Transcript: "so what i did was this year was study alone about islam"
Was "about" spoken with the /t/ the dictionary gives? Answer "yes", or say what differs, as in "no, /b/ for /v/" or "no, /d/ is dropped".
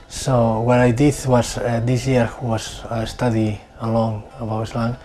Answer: no, /t/ is dropped